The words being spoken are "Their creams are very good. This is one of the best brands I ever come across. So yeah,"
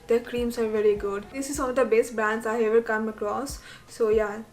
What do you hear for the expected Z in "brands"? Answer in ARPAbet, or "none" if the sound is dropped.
S